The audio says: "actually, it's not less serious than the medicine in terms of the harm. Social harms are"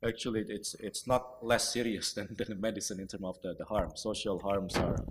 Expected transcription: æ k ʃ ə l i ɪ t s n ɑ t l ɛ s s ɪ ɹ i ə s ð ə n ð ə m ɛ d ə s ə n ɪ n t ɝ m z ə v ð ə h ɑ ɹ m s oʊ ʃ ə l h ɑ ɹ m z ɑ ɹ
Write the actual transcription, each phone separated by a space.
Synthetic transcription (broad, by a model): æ k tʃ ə l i ɪ t s n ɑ t l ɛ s s ɪ ɹ i ə s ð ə n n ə m ɛ d ə s ə n ɪ n t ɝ m ə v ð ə h ɑ ɹ m s oʊ ʃ ə l h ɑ ɹ m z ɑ ɹ